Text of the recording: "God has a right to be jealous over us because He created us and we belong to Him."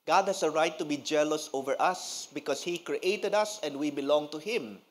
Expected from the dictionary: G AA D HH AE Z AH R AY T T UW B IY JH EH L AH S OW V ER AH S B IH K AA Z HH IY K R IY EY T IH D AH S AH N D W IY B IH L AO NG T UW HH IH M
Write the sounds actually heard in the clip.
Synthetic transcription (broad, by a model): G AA D HH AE S AH R AY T T UW B IY JH EH L AH S OW V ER AH S B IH K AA S HH IY K R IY EY T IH D AH S AH N D W IY B IH L AO NG T UW HH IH M